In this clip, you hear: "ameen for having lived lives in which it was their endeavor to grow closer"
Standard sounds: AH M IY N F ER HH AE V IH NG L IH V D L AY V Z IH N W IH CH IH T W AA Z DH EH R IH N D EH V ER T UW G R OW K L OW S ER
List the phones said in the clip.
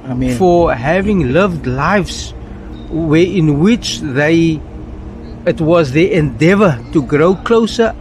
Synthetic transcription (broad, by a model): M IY F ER HH AE V IH NG L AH V D L AY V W IH N W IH CH IH T W AA Z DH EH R IH N D EH V ER T UW G R OW K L OW S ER